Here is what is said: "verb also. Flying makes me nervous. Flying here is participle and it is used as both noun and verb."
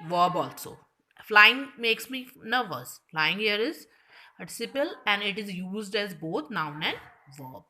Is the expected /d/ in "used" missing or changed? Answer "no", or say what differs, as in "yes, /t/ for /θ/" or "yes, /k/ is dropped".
no